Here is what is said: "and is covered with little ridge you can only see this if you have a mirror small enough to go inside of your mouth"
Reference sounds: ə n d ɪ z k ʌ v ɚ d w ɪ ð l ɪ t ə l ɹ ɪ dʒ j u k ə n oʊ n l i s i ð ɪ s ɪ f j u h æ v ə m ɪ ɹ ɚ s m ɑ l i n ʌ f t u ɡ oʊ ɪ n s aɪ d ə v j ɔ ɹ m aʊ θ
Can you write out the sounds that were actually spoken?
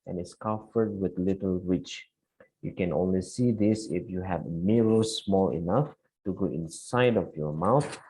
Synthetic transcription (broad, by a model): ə n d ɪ s k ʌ f ɚ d w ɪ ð l ɪ t ə l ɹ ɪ tʃ j u k ə n oʊ n l i s i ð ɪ s ɪ f j u h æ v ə m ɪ ɹ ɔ s m ɑ l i n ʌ f t u ɡ oʊ ɪ n s aɪ d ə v j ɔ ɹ m aʊ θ